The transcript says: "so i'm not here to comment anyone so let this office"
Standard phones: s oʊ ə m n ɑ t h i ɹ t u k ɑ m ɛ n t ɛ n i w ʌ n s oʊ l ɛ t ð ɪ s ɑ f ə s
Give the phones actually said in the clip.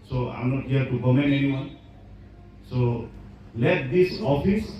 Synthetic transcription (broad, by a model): s oʊ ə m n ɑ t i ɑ t u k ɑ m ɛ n ɛ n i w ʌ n s oʊ l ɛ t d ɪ s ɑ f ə s